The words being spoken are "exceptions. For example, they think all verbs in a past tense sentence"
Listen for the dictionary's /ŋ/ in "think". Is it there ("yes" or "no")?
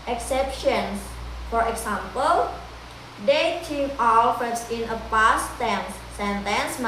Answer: no